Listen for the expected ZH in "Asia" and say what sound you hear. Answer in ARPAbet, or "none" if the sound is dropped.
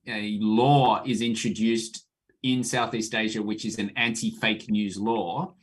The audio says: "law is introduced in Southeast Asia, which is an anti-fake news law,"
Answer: ZH